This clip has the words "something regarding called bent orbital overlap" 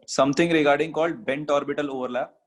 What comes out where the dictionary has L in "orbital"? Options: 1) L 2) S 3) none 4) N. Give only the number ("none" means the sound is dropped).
1